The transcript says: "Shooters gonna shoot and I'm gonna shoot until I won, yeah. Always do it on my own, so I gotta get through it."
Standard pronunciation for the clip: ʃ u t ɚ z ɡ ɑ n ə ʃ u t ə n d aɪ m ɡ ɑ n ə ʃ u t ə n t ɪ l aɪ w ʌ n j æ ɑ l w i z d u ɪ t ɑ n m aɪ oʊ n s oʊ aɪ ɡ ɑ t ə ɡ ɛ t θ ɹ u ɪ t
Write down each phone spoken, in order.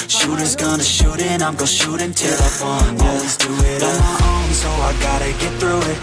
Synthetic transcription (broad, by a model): ʃ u t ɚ z ɡ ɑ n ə ʃ u t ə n aɪ m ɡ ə ʃ u t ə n t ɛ l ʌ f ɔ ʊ n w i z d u ɪ t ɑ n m aɪ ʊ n s oʊ aɪ ɡ ɑ t ə ɡ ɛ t θ ɹ u ɪ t